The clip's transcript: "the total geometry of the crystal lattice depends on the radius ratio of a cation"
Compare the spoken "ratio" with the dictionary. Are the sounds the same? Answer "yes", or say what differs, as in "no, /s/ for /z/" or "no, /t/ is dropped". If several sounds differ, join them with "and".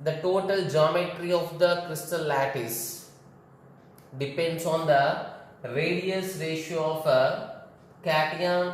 yes